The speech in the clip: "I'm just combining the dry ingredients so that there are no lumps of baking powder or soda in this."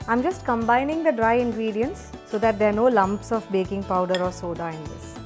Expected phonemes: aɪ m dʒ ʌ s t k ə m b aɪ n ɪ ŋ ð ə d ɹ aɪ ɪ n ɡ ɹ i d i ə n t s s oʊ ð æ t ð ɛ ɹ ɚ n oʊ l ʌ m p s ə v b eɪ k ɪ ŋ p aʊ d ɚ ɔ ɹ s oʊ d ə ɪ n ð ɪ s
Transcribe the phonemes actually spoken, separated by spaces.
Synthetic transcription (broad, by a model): aɪ m dʒ ʌ s t k ə m b aɪ n ɪ ŋ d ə d ɹ aɪ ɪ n ɡ ɹ i d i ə n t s s oʊ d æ t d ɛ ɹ n oʊ l ʌ m p s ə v b eɪ k ɪ ŋ p aʊ d ɚ ɔ ɹ s oʊ d ə ɪ n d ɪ s